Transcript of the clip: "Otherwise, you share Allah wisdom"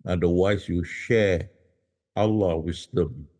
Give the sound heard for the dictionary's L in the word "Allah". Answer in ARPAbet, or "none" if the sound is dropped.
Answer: L